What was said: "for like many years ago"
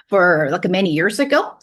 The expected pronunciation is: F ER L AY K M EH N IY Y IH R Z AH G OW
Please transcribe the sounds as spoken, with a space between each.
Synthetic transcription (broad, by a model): F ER L AY K M EH N IY Y IH R Z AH G OW